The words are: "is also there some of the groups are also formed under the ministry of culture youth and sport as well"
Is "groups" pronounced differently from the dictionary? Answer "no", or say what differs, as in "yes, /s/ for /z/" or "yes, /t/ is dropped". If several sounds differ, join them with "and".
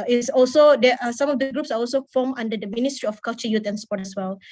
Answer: no